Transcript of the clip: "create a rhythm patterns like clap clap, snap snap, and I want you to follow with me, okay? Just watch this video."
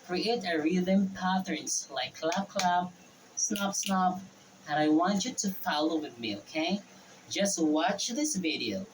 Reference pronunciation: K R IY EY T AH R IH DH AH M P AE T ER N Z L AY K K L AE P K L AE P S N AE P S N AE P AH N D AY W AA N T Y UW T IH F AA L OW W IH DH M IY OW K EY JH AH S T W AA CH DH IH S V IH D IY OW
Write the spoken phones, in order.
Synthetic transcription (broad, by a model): K R IY EY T AH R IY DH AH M P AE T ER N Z L AY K K L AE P K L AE B S N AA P S N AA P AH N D AY W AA N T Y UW T IH F AA L OW W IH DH M IY OW K EY JH AH S T W AA CH DH IH S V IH D IY OW